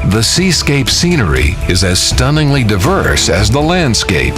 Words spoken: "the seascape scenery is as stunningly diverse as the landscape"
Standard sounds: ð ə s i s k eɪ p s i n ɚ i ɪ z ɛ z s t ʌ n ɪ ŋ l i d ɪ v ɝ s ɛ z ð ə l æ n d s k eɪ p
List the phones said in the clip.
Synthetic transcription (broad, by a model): ð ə s i s k eɪ p s i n ɚ i ɪ z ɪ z s t ʌ n ɪ ŋ l i d ɪ v ɝ s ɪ z ð ə l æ n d s k eɪ p